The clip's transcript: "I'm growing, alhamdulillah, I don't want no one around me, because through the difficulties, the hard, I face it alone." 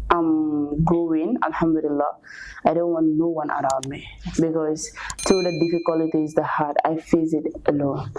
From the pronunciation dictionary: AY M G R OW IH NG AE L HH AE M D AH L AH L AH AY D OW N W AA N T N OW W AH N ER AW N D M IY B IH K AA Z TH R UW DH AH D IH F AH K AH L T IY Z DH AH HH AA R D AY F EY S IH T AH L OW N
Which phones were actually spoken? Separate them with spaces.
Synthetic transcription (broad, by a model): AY M G OW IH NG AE L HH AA M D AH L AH L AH AY D OW N W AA N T N OW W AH N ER AW N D M IY B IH K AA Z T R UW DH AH D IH F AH K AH L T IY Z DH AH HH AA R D AY F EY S IH T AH L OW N